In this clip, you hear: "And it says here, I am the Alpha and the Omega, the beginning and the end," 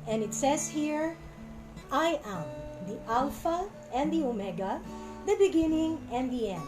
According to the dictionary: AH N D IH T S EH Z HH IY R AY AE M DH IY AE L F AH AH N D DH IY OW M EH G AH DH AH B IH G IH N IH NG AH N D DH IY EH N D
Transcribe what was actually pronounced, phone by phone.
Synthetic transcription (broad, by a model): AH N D IH T S EH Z HH IY R AY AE M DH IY AE L F AH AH N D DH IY OW M EH G AH DH AH B IH G IH N IH NG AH N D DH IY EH N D